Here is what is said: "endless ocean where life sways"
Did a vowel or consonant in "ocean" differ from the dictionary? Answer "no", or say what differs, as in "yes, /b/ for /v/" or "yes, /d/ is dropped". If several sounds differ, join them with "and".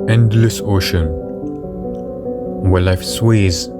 no